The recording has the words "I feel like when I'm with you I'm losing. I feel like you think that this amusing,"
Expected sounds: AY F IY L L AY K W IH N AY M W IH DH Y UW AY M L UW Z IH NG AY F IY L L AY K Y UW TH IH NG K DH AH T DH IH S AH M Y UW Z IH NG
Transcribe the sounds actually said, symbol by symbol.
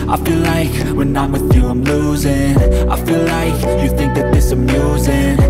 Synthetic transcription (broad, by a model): AY F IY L L AY K W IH N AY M W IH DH Y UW AY M L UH Z IH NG AY F IY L L AY K Y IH TH IH NG K DH AH T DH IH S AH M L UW Z IH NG